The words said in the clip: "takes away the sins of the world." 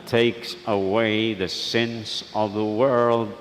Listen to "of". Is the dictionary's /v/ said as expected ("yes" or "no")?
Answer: yes